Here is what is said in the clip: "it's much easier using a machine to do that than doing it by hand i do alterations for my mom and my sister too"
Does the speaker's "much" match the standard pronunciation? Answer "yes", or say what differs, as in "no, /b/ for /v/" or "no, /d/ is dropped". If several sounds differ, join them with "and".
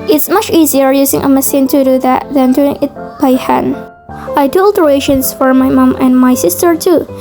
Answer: yes